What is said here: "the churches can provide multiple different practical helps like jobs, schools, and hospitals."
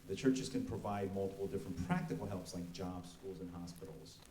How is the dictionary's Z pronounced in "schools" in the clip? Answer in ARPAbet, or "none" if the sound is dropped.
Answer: Z